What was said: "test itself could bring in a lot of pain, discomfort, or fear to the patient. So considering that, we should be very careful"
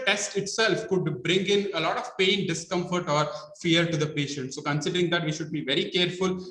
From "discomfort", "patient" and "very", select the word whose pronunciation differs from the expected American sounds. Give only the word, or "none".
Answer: none